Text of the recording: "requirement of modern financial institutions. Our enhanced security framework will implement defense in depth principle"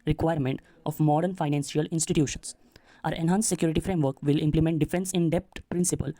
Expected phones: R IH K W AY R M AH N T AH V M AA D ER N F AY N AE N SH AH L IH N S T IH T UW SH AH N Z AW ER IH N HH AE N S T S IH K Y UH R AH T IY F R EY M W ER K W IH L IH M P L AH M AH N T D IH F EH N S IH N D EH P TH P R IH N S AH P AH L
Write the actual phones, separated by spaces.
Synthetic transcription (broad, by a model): R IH K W AY R M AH N T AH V M AA D ER N F AY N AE N S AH L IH N S T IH T UW SH AH N S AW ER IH N HH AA N S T S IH K Y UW R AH T IY F R EY M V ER K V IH L IH M P L AH M AH N T D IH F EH N S IH N D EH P T P R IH N S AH P AH L